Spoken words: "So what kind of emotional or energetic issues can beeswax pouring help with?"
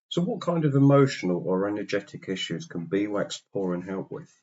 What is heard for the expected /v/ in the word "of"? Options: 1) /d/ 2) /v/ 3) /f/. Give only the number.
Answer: 2